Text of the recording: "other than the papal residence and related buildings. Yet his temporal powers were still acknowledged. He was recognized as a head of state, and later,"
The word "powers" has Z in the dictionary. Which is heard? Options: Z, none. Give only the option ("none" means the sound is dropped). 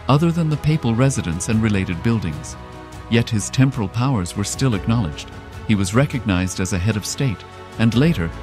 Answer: Z